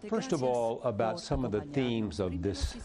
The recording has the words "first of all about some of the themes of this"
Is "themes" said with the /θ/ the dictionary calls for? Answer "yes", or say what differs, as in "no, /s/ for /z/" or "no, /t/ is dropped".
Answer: yes